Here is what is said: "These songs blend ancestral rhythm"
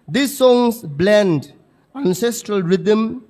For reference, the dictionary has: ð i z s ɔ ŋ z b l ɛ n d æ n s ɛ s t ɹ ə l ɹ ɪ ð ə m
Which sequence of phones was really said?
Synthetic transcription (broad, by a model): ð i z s ɔ ŋ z b l ɛ n d æ n s ɛ s t ɹ ə l ɹ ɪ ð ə m